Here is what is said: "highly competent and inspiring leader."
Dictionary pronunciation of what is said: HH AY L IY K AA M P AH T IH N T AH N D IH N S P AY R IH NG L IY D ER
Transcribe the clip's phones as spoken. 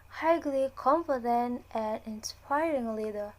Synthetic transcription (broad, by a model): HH AY L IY K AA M F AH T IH N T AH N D IH N S P AY R IH NG L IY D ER